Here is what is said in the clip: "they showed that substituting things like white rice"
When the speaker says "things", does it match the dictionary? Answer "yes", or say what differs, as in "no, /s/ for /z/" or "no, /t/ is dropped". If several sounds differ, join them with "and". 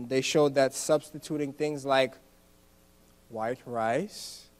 yes